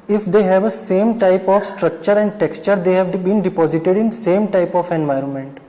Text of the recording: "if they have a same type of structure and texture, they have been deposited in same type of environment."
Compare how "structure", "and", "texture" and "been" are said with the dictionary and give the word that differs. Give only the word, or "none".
none